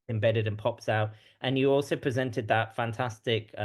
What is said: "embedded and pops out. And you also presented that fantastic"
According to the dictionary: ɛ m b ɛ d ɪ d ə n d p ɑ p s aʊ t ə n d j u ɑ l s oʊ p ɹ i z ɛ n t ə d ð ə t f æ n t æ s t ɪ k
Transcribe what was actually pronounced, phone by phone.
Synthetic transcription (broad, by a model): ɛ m b ɛ d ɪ d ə n p ɑ p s aʊ t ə n j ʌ ɑ l s oʊ p ɹ i z ɛ n t ə d ð ə t f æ n t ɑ s t ɪ k